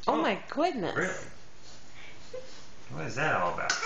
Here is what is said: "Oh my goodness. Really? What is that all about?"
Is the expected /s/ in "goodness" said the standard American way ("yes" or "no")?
no